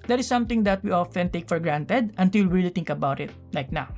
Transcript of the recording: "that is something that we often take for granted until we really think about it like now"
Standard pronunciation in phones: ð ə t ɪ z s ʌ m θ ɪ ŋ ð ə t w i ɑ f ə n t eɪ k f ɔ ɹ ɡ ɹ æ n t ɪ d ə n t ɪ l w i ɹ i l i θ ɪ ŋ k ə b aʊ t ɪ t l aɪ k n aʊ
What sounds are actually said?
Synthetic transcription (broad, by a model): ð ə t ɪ s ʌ m t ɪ ŋ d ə t w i ɑ f ə n t eɪ k f ɔ ɹ ɡ ɹ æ n t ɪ d ə n t ɪ l ɹ i l i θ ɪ ŋ k ə b aʊ t ɪ t l aɪ k n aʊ